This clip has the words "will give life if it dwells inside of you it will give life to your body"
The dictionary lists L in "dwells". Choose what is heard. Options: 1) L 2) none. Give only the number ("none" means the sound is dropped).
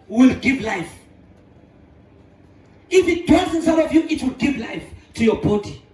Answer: 2